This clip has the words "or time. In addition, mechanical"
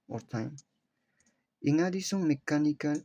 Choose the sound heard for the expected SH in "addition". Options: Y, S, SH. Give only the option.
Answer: S